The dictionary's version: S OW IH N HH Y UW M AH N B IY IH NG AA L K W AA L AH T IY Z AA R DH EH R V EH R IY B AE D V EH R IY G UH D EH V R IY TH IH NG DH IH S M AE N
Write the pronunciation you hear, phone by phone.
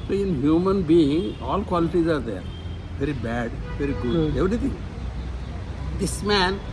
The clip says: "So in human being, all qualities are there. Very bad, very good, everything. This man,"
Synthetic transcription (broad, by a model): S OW IH N HH Y UW M AH N B IY IH NG AA L K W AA L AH T IY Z AA R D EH R V EH R IY B AE D V EH R IY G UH EH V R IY T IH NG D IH S M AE N